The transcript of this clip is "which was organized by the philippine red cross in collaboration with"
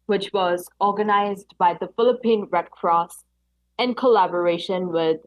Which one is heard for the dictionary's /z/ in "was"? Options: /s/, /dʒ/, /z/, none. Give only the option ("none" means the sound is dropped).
/z/